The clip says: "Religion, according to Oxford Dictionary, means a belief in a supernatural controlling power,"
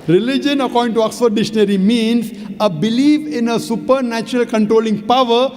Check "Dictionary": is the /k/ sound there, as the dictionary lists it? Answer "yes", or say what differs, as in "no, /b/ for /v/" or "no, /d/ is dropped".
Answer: no, /k/ is dropped